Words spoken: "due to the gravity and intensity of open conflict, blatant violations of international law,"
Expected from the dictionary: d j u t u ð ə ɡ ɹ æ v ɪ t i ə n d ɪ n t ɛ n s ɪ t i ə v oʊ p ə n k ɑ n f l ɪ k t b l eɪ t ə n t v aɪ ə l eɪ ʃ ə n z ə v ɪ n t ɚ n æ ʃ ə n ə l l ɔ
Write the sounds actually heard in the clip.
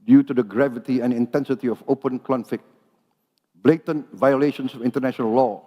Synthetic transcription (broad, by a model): d j u t u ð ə ɡ ɹ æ v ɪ t i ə n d ɪ n t ɛ n s ɪ t i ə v oʊ p ə n k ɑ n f ɪ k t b l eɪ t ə n v aɪ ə l eɪ ʃ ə n s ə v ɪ n t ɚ n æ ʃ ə n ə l l ɔ